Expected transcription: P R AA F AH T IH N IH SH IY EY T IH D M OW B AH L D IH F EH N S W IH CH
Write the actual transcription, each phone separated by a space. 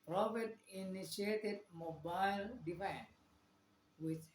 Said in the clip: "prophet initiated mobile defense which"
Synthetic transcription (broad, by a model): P R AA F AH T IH N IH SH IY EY T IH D M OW B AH L D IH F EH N W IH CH